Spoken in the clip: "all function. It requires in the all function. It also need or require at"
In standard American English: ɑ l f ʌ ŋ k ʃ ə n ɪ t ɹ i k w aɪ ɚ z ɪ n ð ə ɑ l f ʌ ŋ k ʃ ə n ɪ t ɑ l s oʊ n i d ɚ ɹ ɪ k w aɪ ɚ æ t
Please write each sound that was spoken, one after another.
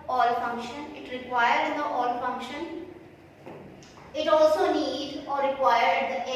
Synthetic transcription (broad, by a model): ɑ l f ʌ ŋ k ʃ ə n ɪ t ɹ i k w aɪ ɚ ɪ n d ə ɑ l f ʌ ŋ k ʃ ə n ɪ t ɑ l s oʊ n i d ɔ ɹ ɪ k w aɪ ɚ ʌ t